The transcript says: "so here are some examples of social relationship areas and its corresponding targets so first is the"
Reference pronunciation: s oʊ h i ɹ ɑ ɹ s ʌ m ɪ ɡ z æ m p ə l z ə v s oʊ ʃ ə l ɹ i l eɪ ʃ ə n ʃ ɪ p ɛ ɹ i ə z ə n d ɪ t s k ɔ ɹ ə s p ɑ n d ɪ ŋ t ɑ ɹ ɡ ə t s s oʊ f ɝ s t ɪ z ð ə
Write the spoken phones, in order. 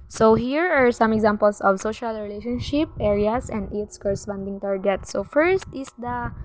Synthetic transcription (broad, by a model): s oʊ h i ɹ ɑ ɹ s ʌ m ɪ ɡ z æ m p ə l s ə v s oʊ ʃ ə l ɹ i l eɪ ʃ ə n ʃ ɪ p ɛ ɹ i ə s ə n d ɪ t s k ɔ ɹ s f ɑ n d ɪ ŋ t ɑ ɹ ɡ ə t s s oʊ f ɝ s t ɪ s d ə